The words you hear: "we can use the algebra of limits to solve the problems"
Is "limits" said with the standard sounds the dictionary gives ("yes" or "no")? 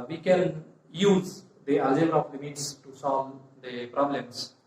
yes